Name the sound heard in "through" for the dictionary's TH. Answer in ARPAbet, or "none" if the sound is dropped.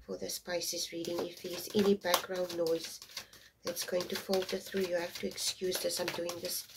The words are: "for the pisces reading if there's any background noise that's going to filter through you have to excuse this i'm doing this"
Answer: TH